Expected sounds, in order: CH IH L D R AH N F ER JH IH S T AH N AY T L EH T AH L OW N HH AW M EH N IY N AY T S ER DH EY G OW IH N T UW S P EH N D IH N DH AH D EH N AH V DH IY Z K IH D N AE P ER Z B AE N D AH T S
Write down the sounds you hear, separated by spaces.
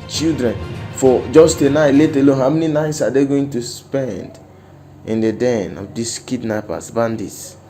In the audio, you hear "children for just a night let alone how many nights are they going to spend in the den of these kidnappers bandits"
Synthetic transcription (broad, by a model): CH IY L D R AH N F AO JH IH S T AH N AY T L EH T AH L OW N HH AW M EH N IY N AY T S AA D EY G OW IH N T UW S P EH N D IH N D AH D EH N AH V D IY S K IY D N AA P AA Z B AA N D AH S